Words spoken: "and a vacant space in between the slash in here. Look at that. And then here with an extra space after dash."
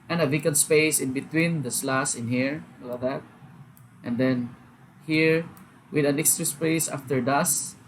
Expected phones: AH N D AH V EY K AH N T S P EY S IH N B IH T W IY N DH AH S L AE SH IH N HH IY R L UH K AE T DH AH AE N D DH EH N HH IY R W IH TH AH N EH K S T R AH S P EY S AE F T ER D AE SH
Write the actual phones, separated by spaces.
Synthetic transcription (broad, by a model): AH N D AH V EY K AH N S P EY S IH N B IH T W IY N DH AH S L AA S IH N HH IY R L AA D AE T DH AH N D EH N HH IY R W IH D AH N EH K S T R AH S P EY S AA F T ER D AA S